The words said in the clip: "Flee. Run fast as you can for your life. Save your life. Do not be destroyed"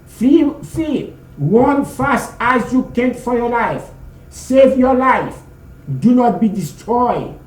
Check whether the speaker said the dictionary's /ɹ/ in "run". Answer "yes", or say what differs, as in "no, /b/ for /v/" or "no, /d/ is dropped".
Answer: no, /w/ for /ɹ/